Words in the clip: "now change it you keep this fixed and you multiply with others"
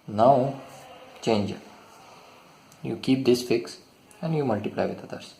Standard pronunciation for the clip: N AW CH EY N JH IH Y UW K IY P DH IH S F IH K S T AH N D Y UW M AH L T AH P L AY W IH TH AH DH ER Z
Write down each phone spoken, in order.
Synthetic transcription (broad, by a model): N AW CH EY N JH Y UW K IY P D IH S F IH K S AH N D Y UW M AH L T AH P L AY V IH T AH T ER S